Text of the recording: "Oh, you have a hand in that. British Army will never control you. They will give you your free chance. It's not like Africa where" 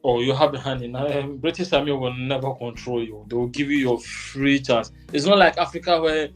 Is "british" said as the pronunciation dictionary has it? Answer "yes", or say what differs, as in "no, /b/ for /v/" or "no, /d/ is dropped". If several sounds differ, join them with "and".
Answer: no, /s/ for /ʃ/